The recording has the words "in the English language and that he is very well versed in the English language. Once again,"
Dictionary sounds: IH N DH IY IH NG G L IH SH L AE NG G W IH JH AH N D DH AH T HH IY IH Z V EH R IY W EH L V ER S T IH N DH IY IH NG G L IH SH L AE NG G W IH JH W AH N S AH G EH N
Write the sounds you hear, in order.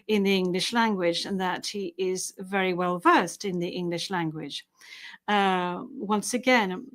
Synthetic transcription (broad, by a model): IH N DH IY IH NG G L IH SH L AE NG G W IH JH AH N DH AH T HH IY IH Z V EH R IY W EH L V ER S T IH N DH IY IH NG G L IH SH L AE NG G W IH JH W AH N S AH G EH N